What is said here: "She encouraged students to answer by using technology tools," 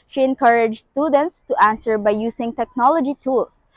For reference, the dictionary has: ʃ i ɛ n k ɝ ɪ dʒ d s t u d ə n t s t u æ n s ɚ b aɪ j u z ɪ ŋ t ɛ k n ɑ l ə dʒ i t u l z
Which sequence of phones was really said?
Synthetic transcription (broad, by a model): ʃ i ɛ n k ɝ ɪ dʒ s t u d ə n t s t u æ n s ɚ b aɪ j u s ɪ ŋ t ɛ k n ɑ l ə dʒ i t u l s